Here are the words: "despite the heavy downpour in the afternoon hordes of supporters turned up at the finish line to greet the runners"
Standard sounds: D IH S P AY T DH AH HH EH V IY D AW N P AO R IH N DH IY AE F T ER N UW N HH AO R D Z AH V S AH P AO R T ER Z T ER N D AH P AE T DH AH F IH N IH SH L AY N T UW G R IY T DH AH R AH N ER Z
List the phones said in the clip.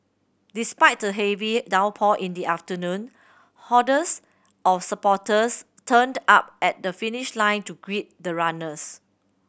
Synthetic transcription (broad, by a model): D IH S P AY T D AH HH EH V IY D AW P AO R IH N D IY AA F T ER N UW N HH AO D S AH F S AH P AO T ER S T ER N D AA P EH T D AH F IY N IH SH L AY N T UW G R IY T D AH R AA N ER S